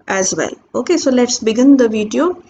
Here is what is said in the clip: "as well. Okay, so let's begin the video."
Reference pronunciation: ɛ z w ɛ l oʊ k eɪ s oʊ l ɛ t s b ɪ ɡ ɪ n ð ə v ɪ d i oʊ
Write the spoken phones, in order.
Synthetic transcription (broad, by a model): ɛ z w ɛ l oʊ k eɪ s oʊ l ɛ t s b ɪ ɡ ɪ n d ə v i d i oʊ